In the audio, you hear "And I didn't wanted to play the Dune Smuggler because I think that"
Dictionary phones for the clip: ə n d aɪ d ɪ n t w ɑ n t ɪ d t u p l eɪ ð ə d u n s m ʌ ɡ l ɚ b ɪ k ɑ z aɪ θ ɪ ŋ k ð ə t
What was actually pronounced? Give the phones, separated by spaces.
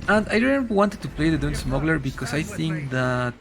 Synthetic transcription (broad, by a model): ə n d aɪ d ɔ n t w ɑ n t ɪ d t u p l eɪ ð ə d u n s m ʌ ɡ l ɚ b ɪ k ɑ s aɪ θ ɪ ŋ k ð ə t